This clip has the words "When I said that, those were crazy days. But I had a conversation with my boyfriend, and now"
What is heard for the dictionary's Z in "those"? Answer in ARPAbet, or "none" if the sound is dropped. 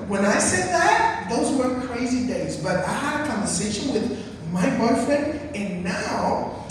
Z